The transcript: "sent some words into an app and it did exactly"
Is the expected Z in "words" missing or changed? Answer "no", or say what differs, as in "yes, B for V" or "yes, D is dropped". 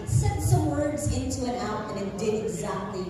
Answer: no